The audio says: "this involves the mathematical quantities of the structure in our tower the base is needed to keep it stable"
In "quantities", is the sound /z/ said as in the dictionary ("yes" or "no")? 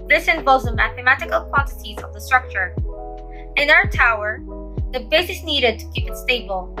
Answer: yes